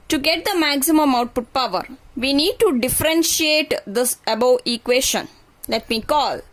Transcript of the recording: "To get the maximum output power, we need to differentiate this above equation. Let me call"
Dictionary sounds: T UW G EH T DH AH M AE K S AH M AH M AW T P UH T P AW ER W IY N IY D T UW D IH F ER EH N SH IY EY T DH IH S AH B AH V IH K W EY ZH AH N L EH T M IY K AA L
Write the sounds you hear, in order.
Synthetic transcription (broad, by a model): T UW G EH T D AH M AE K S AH M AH M AW T P UH T P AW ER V IY N IY D T UW D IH F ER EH N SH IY EY T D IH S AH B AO IH K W EY SH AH N L EH T M IY K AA L